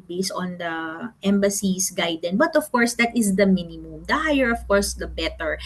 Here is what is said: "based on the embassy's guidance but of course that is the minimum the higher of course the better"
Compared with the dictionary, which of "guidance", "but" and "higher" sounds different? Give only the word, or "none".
guidance